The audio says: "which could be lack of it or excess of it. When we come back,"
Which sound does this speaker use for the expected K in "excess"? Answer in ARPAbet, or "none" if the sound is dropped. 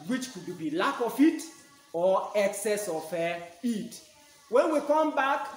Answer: K